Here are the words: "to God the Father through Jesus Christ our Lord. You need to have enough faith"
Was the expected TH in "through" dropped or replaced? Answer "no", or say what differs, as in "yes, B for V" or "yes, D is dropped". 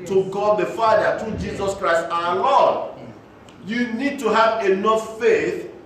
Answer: yes, T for TH